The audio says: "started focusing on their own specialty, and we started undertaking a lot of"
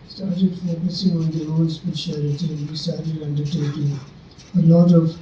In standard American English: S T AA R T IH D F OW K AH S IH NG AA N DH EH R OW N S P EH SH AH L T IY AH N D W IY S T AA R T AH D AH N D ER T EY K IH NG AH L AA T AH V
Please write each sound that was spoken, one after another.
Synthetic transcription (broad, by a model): S T AA R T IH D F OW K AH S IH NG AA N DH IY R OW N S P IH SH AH T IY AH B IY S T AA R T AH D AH N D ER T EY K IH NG AH L AA T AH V